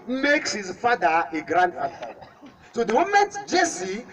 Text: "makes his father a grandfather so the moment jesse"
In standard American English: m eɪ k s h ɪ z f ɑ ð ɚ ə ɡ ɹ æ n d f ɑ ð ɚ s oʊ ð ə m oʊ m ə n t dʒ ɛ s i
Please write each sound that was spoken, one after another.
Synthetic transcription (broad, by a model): m eɪ k s h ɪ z f ɑ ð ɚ ə ɡ ɹ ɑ n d ɑ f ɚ s oʊ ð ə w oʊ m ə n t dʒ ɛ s i